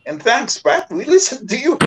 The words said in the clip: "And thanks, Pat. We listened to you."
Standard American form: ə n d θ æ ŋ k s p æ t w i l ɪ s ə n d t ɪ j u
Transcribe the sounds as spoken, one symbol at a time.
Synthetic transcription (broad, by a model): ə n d θ æ ŋ k s b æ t w i l ɪ s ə n t ɪ j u